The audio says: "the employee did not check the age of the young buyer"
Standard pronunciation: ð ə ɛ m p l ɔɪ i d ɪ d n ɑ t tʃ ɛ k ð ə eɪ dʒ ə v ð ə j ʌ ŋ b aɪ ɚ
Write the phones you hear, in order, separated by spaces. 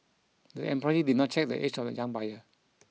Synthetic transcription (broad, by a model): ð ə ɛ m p ɔɪ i d ɪ d n ɑ t tʃ ɛ k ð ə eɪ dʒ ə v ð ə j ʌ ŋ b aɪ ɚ